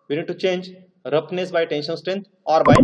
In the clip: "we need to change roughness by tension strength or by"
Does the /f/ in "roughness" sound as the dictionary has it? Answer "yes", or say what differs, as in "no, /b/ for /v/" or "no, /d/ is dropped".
no, /p/ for /f/